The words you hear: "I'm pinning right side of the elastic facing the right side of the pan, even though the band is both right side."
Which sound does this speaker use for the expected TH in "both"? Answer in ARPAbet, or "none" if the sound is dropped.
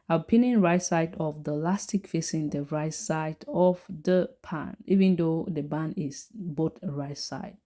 T